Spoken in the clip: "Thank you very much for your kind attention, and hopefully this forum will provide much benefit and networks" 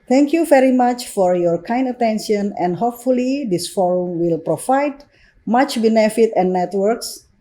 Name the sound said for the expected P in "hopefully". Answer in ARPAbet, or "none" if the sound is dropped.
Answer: P